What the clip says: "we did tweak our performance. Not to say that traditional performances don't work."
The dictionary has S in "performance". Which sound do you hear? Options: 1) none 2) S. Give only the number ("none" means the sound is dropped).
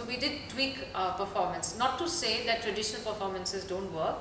2